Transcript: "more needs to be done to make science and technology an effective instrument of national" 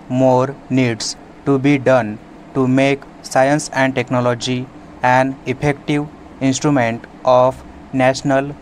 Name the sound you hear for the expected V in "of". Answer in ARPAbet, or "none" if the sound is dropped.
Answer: P